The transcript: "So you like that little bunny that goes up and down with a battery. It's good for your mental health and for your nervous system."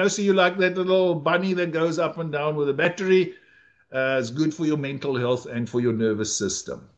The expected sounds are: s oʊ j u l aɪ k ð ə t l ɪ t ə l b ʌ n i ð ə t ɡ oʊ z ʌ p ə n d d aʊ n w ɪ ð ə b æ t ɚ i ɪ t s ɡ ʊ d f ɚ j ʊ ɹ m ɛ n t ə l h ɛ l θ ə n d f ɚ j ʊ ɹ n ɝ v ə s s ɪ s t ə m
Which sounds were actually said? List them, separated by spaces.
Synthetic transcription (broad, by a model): s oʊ j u l aɪ k ð ə t l ɪ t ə l b ʌ n i ð ə t ɡ oʊ z ʌ p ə n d d aʊ n w ɪ ð ə b æ t ɚ i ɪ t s ɡ ʊ d f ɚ j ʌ m ɛ n t ə l h ɛ l θ ə n d f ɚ j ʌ n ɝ v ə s s ɪ s t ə m